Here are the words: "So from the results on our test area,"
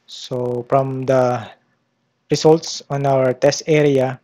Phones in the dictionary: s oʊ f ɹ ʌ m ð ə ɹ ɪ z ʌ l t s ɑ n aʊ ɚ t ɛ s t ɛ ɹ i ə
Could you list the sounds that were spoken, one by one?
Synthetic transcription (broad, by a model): s oʊ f ɹ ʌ m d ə ɹ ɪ s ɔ l t s ɑ n aʊ ɚ t ɛ s t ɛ ɹ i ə